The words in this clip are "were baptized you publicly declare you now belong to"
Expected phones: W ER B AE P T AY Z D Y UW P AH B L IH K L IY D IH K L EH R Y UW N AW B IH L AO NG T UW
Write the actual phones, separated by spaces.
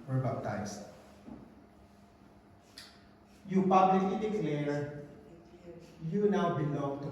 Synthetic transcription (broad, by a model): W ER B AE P T AY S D Y UW P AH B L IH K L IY D IH K L EH R Y UW N AW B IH N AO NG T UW